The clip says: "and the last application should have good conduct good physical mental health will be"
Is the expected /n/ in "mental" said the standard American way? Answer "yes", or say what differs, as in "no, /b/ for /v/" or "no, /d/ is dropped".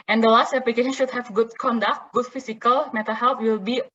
no, /n/ is dropped